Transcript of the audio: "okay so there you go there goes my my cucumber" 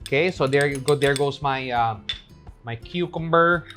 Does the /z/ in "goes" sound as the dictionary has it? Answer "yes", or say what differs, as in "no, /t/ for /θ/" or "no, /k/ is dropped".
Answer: no, /s/ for /z/